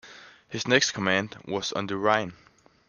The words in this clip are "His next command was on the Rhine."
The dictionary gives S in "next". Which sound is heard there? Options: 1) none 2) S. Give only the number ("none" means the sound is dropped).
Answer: 2